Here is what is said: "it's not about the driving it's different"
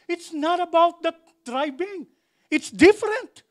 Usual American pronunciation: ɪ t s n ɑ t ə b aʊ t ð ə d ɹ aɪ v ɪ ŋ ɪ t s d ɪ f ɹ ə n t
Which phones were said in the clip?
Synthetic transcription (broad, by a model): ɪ t s n ɑ t ə b aʊ t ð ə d ɹ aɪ b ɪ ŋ ɪ t s d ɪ f ɹ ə n t